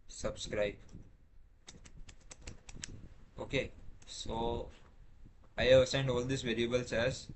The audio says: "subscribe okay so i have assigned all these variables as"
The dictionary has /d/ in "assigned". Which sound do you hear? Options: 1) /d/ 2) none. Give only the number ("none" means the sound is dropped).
1